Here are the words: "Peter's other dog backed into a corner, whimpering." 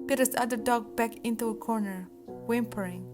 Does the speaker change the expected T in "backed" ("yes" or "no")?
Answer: yes